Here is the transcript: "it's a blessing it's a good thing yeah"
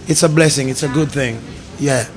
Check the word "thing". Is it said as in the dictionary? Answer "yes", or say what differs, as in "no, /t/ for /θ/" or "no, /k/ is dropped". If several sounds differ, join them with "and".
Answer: yes